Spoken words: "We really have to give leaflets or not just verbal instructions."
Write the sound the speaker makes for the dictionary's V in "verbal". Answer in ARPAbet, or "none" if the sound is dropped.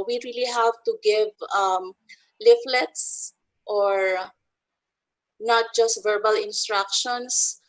V